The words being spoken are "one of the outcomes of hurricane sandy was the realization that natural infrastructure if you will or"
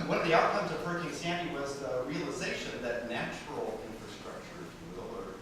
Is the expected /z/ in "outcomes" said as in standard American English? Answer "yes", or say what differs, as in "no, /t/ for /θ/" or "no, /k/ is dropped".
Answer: yes